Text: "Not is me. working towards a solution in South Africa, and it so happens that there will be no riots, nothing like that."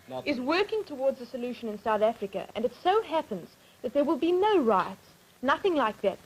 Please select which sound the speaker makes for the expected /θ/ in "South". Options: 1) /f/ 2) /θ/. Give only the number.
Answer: 2